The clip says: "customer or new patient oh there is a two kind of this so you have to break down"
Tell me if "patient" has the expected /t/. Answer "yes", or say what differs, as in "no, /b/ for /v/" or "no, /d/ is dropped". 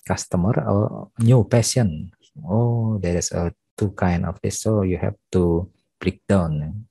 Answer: no, /t/ is dropped